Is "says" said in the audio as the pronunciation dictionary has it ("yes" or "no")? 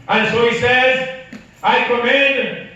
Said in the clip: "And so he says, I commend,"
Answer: yes